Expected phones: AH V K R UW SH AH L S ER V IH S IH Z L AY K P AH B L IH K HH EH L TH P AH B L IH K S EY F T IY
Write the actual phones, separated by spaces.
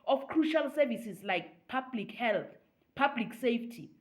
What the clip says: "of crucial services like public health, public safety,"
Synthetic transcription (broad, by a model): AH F K R UW SH AH L S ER V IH S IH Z L AY K P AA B L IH K HH EH L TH P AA B L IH K S EY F T IY